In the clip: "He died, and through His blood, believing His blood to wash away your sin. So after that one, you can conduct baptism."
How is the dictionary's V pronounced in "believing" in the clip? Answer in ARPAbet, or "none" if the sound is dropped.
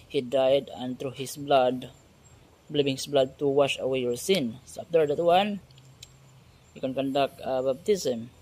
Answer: B